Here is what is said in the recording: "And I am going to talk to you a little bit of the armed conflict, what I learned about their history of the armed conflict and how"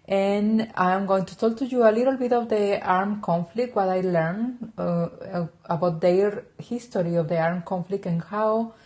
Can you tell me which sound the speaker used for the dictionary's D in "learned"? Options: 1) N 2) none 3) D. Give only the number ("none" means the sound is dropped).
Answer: 2